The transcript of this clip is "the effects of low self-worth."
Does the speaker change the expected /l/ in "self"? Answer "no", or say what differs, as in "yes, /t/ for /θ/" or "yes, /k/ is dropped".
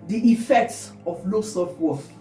yes, /l/ is dropped